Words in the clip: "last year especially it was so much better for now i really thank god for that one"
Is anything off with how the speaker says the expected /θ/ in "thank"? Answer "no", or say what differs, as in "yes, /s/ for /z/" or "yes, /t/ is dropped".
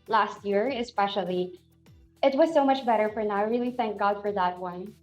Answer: no